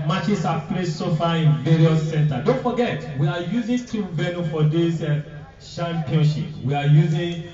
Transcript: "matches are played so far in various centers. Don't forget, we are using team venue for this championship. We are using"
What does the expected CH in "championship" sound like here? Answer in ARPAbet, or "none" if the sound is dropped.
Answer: SH